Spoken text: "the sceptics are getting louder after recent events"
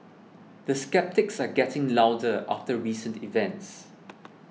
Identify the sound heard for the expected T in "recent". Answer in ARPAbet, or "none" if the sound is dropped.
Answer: T